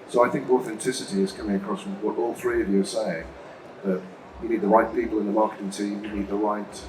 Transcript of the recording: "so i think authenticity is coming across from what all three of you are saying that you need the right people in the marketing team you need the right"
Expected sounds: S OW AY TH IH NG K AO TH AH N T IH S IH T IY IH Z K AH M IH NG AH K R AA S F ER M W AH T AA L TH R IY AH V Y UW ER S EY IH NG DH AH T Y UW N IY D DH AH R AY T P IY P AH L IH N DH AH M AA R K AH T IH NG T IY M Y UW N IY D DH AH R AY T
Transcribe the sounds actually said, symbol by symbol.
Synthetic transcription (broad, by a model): S OW AY TH IH NG K AO TH AH N T IH S IH T IY IH Z K AH M IH NG AH K R AA S W AH T AA L TH R IY AH V Y UW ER S EY IH NG DH AH T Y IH N IY D DH AH R AY T P IY P L IH N DH AH M AA R K AH T IH NG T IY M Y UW N IY D DH AH R AY T